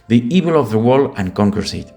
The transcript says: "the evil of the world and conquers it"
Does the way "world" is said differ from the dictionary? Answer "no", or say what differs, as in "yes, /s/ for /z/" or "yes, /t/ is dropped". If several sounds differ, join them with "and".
yes, /d/ is dropped